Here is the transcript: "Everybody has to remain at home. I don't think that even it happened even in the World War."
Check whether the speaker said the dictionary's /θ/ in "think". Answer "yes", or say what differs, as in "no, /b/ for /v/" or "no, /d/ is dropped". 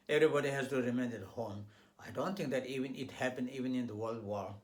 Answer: no, /t/ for /θ/